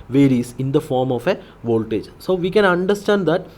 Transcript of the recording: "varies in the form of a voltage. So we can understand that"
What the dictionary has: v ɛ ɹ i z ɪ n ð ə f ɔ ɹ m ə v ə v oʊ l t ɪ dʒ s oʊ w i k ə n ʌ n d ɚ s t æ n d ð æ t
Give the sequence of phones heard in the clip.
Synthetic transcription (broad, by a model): v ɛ ɹ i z ɪ n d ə f ɔ ɹ m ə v ə v oʊ l t ɪ dʒ s oʊ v i k ə n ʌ n d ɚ s t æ n d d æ t